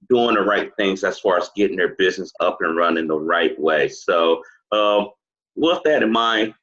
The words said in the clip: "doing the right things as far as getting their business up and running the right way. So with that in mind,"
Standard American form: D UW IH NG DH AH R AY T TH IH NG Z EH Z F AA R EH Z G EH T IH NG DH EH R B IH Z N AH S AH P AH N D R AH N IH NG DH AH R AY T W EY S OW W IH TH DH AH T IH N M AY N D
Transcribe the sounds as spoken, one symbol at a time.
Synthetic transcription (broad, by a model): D UW IH NG DH AH R AY T TH IH NG Z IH S F AA R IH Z G EH T IH NG DH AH R B IH Z N AH S AH P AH N R AH N IH NG DH AH R AY T W EY S OW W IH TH DH AH T IH N M AY